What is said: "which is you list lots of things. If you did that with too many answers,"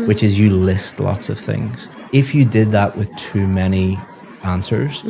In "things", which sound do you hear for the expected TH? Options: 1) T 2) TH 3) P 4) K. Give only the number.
2